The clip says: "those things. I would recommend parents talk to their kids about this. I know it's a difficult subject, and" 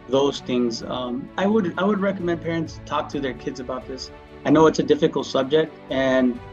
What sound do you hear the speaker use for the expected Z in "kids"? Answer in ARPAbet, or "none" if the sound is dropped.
Z